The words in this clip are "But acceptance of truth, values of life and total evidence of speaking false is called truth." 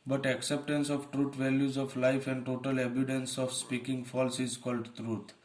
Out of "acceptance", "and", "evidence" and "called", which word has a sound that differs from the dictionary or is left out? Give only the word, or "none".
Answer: evidence